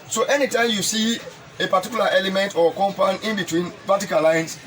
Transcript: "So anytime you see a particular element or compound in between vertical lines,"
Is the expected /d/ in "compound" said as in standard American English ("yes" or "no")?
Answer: no